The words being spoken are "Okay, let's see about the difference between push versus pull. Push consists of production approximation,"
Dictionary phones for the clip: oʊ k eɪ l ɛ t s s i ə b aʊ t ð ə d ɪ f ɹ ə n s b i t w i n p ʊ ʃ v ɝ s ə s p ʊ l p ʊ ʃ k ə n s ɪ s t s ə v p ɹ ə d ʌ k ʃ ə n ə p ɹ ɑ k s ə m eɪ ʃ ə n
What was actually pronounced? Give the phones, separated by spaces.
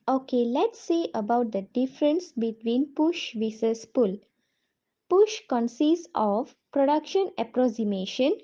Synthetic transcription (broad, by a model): oʊ k eɪ l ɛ t s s ə b aʊ t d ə d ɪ f ɹ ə n s b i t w i n p ʊ ʃ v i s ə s p ʊ l p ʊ ʃ k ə n s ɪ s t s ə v p ɹ ə d ʌ k ʃ ə n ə p ɹ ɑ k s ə m eɪ ʃ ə n